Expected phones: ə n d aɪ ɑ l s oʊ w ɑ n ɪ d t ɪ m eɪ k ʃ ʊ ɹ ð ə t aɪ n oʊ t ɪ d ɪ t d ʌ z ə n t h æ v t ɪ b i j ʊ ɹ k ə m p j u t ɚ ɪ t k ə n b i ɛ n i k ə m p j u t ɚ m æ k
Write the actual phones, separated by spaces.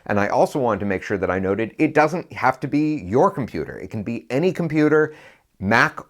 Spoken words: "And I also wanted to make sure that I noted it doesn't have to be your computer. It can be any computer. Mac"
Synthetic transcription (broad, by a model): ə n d aɪ ɑ l s oʊ w ɑ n t ɪ m eɪ k ʃ ʊ ɹ ð ə t aɪ n oʊ t ɪ d ɪ t d ʌ z ə n t h æ f t ɪ b i j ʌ ɹ k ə m p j u t ɚ ɪ t k n b i ɛ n i k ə m p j u t ɚ m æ k